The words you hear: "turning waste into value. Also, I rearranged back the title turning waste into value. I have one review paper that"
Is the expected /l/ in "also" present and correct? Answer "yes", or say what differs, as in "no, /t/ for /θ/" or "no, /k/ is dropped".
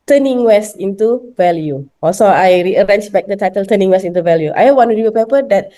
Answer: no, /l/ is dropped